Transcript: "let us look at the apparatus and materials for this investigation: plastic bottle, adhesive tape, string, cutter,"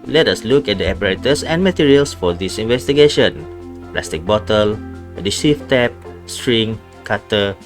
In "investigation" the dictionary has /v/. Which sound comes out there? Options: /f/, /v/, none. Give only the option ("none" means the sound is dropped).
/v/